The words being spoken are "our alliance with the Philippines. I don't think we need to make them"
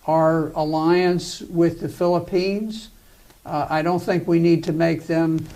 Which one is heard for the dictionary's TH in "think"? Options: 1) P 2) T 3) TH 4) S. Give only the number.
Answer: 3